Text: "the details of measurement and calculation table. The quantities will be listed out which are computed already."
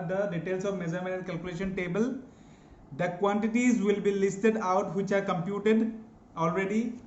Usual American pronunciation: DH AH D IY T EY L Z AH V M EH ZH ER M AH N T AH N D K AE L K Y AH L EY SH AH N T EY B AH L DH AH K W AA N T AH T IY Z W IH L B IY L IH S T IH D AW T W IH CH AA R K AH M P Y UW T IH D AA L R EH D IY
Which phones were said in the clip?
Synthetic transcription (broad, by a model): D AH D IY T EY L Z AH V M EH Z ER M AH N AH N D K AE L K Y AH L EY SH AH N T EY B AH L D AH K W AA N T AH T IY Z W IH L B IY L IH S T IH D AW T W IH CH AA R K AH M P Y UW T IH D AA L R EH D IY